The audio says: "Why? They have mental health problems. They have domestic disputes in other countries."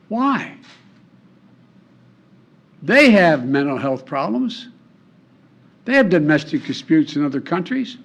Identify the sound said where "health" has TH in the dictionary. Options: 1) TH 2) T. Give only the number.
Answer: 1